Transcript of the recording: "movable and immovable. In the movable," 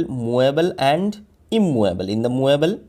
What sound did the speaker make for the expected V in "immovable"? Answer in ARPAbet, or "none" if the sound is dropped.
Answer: none